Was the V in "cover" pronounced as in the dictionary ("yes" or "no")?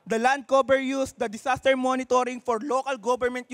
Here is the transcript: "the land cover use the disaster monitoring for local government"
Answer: no